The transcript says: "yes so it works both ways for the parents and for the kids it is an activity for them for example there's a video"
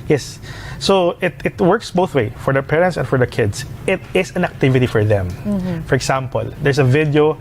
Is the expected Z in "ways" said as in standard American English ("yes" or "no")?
no